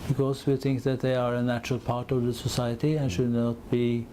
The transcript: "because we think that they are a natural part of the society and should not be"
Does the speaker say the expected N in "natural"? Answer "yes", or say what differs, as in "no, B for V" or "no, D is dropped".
yes